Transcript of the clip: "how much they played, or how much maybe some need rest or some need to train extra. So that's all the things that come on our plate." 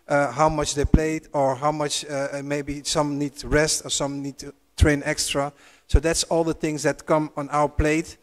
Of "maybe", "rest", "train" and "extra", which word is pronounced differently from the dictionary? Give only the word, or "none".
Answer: none